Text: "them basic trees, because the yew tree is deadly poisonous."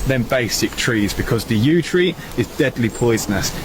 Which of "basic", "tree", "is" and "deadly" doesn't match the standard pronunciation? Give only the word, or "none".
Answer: none